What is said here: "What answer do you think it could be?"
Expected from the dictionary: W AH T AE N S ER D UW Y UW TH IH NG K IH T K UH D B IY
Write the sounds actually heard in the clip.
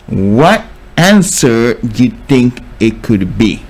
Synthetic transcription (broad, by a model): W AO T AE N S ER Y UW T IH NG K IH T K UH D B IY